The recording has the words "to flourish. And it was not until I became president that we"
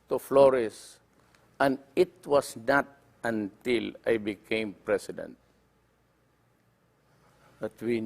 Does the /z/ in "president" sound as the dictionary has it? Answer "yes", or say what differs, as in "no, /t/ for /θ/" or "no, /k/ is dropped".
no, /s/ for /z/